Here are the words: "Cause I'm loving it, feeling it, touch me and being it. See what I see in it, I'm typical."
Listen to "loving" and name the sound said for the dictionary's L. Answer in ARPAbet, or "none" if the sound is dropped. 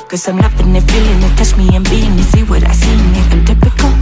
N